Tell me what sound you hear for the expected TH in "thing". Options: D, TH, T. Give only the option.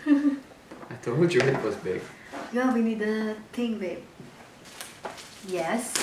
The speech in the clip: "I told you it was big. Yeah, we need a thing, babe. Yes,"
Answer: T